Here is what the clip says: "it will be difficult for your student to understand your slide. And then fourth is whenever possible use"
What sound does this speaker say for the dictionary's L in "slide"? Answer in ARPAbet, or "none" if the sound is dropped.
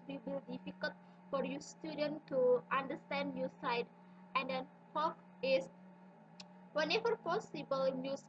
none